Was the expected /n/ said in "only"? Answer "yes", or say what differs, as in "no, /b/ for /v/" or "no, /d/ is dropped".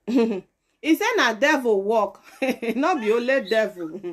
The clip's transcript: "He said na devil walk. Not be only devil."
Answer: no, /n/ is dropped